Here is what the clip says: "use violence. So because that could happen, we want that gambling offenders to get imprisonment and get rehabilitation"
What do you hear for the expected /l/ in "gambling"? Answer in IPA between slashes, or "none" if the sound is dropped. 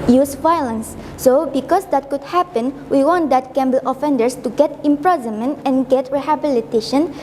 none